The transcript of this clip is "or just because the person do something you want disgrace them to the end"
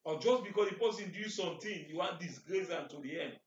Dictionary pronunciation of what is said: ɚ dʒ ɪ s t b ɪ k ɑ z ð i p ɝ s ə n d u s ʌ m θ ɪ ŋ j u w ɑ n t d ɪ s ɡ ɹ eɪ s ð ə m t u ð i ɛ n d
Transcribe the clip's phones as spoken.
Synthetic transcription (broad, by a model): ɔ dʒ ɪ s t b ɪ k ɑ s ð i p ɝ s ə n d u s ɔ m t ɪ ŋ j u w ɑ n t d ɪ s ɡ ɹ eɪ s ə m t u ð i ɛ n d